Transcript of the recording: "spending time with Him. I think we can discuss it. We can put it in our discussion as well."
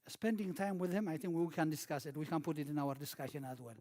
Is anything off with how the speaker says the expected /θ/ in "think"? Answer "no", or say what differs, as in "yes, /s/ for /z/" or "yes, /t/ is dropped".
no